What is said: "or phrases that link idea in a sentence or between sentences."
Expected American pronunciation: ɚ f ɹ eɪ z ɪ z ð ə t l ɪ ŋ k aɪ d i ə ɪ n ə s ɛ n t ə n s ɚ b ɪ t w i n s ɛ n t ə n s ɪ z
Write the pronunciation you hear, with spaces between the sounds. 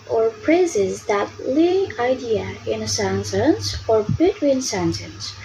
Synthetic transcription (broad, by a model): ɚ p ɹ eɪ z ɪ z ð ə t l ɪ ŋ aɪ d i ə ɪ n ə s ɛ n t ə n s ɚ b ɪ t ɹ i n s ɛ n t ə n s